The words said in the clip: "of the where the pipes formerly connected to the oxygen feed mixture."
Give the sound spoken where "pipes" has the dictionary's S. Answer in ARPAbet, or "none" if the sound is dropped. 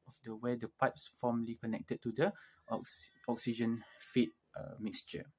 S